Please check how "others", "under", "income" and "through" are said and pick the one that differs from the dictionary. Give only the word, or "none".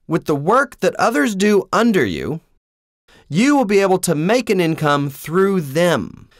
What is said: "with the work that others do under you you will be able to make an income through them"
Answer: none